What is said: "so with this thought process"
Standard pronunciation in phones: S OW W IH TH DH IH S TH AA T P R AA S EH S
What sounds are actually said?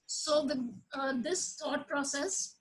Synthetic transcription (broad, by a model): S OW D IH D IH S T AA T P R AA S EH S